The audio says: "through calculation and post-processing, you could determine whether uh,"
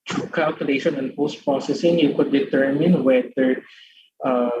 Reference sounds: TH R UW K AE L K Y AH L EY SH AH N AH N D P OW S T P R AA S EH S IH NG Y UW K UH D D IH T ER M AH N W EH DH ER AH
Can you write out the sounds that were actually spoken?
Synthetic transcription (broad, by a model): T R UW K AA L K Y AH L EY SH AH N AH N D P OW S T P R AA S EH S IH NG Y UW K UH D D IH T ER M AH N W EH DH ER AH